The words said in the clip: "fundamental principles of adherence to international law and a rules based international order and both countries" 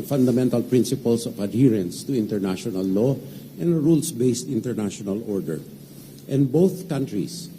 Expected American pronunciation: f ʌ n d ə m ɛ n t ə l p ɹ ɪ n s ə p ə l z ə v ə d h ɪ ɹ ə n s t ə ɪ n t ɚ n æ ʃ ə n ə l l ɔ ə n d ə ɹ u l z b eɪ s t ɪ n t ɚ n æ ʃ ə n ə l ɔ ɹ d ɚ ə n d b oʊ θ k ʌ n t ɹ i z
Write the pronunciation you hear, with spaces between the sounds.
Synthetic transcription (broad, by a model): f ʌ n d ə m ɛ n t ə l p ɹ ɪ n s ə p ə l s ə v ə d h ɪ ɹ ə n s t ə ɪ n t ɚ n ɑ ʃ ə n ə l l ɔ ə n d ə ɹ u l s b eɪ s t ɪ n t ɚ n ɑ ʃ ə n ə l ɔ ɹ d ɚ ə n d b oʊ θ k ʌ n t ɹ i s